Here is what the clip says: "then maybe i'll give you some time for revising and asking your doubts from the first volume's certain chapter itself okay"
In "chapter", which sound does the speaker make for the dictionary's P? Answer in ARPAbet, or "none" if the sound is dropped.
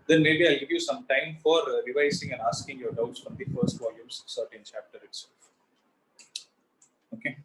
P